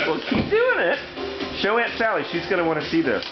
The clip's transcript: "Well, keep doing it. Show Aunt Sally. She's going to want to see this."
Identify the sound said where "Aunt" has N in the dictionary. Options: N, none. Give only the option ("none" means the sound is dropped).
N